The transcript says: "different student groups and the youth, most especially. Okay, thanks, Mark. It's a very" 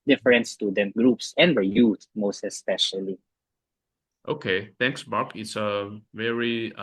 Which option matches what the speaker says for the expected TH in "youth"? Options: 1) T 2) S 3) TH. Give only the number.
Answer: 1